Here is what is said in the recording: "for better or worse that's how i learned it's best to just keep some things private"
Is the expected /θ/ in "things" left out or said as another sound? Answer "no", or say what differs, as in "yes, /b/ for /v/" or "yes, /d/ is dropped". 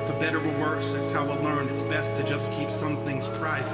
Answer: no